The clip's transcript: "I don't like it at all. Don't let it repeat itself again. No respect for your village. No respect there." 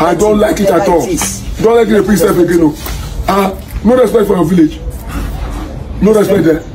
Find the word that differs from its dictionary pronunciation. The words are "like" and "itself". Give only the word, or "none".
itself